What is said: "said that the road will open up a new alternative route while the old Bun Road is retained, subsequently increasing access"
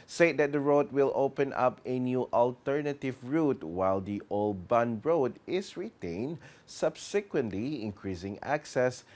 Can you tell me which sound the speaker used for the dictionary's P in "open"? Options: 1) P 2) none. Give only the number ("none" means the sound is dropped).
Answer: 1